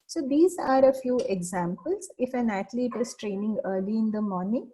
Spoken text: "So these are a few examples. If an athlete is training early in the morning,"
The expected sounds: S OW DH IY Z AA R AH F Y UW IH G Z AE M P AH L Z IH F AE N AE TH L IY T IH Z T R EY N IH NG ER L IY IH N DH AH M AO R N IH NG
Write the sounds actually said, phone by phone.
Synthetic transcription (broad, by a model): S OW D IY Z AA R AH F Y UW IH G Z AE M P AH L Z IH F AE N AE T L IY T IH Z T R EY N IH NG ER L IY IH N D AH M AO R N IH NG